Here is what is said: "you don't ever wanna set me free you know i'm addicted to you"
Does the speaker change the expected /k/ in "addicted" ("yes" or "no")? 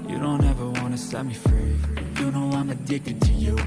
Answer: no